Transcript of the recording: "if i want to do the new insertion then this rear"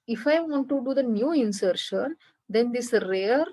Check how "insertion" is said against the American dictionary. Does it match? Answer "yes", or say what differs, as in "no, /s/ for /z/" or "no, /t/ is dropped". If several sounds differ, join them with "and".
yes